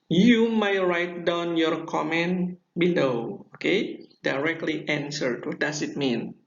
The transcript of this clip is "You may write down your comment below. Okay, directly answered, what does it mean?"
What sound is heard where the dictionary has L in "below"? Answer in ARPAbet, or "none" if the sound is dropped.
N